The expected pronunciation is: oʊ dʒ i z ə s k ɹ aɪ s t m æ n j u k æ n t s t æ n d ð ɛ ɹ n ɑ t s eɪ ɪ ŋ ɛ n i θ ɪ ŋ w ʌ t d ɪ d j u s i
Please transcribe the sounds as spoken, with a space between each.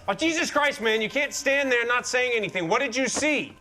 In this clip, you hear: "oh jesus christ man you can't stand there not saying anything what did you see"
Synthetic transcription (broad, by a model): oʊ dʒ i z ə s k ɹ aɪ s t m æ n j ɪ k æ n t s t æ n ð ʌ ɹ n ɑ t s eɪ ɪ ŋ ɛ n i θ ɪ ŋ w ʌ t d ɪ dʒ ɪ s i